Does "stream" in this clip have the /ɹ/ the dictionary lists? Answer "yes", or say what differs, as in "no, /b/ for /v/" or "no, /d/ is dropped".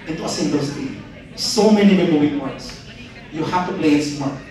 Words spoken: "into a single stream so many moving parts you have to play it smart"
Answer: no, /ɹ/ is dropped